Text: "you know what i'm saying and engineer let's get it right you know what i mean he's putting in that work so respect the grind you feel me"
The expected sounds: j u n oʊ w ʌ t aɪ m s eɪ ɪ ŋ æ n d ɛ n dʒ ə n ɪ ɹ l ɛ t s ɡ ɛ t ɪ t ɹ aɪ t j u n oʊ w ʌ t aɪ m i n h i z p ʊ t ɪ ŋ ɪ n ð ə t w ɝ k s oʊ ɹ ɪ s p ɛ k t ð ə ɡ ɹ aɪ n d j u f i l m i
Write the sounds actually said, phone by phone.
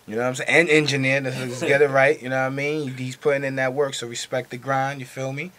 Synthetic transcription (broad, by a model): j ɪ n oʊ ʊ aɪ m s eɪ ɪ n ɛ n dʒ ə n ɪ ɹ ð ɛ s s ɡ ɛ t ɪ t ɹ aɪ t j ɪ n oʊ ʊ aɪ m i n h i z p ʊ t ɪ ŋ ɪ n ð ə t w ɝ k s oʊ ɹ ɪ s p ɛ k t ð ə ɡ ɹ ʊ n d j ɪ f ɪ l m i